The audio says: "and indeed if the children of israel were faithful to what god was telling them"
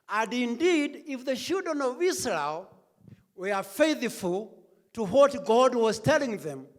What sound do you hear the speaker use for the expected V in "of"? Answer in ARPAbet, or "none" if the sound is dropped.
V